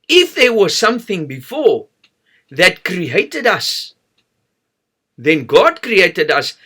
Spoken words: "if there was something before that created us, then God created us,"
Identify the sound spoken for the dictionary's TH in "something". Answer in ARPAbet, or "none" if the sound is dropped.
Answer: TH